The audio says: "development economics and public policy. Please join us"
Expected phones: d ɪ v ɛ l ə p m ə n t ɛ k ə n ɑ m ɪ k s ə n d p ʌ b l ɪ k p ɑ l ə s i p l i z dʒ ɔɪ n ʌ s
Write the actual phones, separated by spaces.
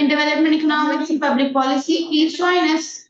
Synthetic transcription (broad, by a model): d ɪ v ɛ l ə p m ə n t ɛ k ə n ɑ m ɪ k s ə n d p ʌ b l ɪ k p ɑ l ə s i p i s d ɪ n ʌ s